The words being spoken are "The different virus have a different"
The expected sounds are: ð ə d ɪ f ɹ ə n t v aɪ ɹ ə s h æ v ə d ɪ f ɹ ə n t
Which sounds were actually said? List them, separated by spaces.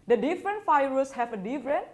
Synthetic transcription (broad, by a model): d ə d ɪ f ɹ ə n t f aɪ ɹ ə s h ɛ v ə d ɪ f ɹ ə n